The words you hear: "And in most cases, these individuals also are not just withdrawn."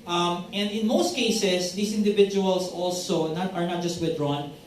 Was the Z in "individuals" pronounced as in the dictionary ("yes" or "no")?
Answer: no